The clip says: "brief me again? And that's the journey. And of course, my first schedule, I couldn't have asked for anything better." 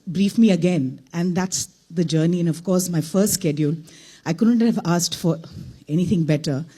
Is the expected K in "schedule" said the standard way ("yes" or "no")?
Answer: yes